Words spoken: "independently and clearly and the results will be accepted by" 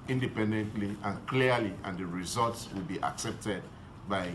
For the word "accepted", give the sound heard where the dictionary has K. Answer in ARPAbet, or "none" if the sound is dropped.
K